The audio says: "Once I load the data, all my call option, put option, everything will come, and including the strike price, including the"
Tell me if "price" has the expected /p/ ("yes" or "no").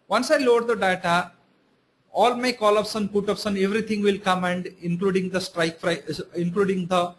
no